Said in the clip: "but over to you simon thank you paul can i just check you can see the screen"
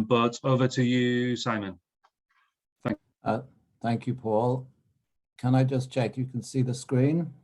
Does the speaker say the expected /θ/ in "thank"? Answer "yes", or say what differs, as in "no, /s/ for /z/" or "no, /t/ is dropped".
yes